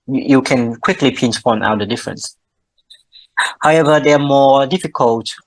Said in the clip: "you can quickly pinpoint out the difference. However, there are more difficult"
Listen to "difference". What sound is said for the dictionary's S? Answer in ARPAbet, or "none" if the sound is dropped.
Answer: S